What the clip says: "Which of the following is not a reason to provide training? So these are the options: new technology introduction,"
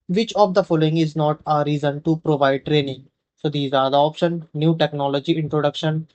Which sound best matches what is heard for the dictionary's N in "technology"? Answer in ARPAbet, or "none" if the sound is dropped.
N